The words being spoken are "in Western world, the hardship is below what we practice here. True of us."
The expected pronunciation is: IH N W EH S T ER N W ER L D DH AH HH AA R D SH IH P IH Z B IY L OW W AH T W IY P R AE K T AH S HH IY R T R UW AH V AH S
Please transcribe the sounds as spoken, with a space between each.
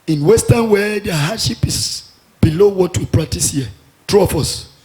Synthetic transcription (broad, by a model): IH N W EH S T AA N W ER D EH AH HH AA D SH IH P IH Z B IY L OW W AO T W IY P R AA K T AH S HH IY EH T R UW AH F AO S